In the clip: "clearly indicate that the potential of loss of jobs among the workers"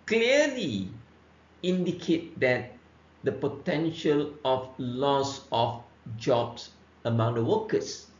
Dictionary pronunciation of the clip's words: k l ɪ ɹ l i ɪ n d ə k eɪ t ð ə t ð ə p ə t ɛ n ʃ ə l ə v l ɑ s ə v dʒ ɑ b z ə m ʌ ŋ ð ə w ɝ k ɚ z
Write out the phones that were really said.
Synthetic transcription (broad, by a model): k l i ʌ l i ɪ n d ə k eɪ t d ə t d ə p ə t ɛ n ʃ ə l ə f l ɑ s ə f dʒ ɑ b s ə m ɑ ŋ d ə w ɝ k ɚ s